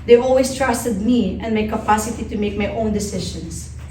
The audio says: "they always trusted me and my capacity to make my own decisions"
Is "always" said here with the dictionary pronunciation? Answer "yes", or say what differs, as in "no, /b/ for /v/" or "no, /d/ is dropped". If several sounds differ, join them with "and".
no, /s/ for /z/